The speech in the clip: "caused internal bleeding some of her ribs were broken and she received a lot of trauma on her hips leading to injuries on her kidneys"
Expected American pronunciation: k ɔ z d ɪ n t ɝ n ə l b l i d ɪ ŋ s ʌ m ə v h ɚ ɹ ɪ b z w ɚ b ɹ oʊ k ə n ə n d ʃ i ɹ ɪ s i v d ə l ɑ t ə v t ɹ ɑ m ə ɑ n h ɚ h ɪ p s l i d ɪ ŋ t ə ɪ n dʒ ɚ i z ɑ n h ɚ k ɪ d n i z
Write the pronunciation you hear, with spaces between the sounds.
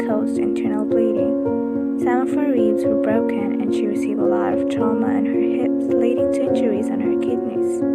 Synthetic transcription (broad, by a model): k ɔ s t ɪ n t ɝ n l b l i d ɪ ŋ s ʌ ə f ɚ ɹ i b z w ɚ b ɹ oʊ k ə n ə n ʃ i ɹ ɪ s i v ə l ɑ t ə v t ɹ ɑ m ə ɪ n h ɚ h ɪ p s l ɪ d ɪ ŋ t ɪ dʒ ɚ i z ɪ n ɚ k ɪ d n i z